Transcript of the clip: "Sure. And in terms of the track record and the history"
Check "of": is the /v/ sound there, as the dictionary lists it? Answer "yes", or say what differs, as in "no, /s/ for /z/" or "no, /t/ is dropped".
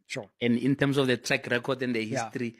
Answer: no, /f/ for /v/